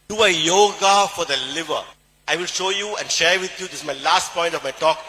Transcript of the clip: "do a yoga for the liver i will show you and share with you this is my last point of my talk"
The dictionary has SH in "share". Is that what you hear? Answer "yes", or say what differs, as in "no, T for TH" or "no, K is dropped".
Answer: yes